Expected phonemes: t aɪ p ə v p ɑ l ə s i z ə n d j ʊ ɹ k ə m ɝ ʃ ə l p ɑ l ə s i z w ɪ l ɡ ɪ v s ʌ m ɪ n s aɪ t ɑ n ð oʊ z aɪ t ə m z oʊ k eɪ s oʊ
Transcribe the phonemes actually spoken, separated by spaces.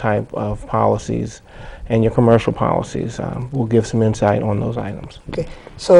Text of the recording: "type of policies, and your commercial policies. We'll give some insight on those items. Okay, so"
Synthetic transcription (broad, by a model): aɪ p ə v p ɑ l ə s i z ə n j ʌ ɹ k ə m ɝ ʃ l p ɑ l ə s i z w ɪ l ɡ ɪ v s ʌ m ɪ n s aɪ t n ð oʊ z aɪ t ə m z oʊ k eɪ s oʊ